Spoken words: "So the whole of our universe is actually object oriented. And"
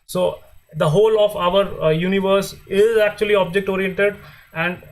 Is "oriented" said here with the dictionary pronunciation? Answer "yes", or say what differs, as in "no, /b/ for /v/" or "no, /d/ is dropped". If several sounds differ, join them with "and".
no, /n/ is dropped